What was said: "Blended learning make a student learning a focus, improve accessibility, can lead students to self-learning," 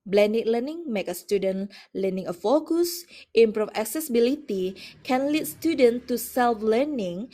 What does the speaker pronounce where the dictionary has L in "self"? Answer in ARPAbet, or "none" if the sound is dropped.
L